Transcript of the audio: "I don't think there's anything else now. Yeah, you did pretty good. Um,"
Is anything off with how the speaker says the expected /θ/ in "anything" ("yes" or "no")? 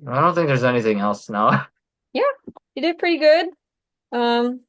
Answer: no